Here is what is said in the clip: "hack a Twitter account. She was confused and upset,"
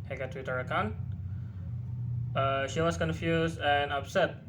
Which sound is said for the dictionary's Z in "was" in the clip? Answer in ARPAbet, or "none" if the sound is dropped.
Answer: S